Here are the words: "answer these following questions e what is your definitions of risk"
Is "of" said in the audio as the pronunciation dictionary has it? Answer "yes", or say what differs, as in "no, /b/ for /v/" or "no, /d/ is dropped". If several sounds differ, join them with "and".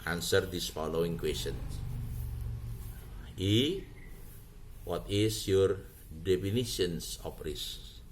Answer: no, /p/ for /v/